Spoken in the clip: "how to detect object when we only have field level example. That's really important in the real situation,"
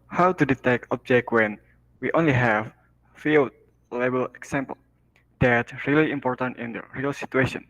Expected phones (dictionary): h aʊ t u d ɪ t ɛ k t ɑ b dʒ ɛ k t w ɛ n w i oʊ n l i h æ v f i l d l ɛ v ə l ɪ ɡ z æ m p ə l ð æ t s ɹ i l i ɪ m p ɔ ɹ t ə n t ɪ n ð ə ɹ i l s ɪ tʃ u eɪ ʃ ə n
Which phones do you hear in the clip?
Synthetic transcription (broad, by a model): h aʊ t u d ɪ t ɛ k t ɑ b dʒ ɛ k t w ɛ n w i oʊ n l i h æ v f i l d l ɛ b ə l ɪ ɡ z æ m p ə l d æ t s ɹ i l i ɪ m p ɔ ɹ t ə n t ɪ n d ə ɹ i l s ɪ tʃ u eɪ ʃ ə n